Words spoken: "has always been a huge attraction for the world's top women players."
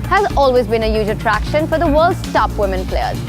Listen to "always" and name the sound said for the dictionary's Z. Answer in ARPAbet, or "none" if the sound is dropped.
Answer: Z